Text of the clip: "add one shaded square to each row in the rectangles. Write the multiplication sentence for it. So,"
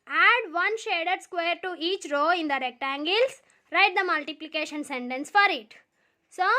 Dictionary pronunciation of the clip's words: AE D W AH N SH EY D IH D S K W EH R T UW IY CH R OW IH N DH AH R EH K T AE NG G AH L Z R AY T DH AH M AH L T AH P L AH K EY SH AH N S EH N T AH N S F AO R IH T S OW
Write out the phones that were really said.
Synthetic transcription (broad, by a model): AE D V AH N SH EY D IH D S K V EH R T UW IY CH R OW IH N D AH R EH K T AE NG G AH L S R AY T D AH M AH L T AH P L AH K EY SH AH N S EH N T AH N S F AO R IH T S OW